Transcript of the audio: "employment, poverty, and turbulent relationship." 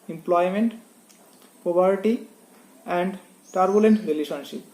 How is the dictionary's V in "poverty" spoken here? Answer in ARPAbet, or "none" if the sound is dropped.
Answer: B